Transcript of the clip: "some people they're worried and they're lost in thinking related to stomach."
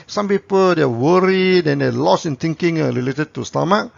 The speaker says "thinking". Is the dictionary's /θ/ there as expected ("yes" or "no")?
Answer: no